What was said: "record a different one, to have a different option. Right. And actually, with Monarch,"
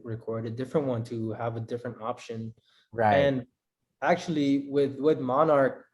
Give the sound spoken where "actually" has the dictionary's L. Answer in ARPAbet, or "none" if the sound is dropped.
W